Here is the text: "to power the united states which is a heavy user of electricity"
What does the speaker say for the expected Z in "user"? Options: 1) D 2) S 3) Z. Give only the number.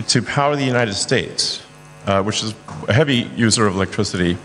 3